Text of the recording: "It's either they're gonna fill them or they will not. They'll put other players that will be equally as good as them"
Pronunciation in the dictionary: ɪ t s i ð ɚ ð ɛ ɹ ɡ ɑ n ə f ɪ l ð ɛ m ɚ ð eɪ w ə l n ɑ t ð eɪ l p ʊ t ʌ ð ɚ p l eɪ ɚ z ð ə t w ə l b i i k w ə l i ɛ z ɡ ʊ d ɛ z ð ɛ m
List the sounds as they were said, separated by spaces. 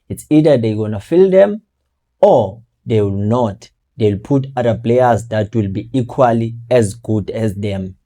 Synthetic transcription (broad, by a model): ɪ t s i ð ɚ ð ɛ ɡ ɑ n ə f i l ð ɛ m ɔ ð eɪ w ə l n ɑ t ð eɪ l p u t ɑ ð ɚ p l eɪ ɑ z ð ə t w ə l b i i k w ə l i ɛ z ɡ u d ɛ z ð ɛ m